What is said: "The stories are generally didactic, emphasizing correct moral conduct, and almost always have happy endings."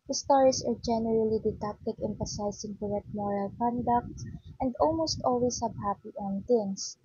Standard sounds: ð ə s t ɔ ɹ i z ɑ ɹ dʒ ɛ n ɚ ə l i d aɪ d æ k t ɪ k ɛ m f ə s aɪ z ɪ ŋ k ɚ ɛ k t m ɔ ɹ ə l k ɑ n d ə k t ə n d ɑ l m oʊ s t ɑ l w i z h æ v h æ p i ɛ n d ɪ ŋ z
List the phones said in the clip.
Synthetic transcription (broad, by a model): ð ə s t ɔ ɹ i s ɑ ɹ dʒ ɛ n ɚ ə l i d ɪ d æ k t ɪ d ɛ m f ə s aɪ s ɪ ŋ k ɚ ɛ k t m ɔ ɹ ə l k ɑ n d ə k t ə n d ɑ l m oʊ s t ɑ l w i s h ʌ b h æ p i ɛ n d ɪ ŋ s